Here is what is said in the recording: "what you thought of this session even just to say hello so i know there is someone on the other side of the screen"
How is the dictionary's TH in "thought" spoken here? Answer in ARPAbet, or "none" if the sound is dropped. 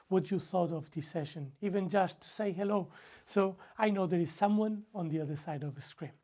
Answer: TH